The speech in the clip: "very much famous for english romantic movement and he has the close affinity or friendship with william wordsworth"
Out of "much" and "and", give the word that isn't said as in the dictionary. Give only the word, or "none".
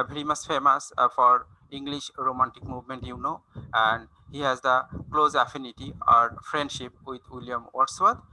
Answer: much